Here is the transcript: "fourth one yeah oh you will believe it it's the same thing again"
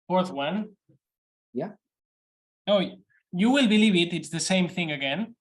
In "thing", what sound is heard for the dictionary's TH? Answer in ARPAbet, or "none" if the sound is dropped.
TH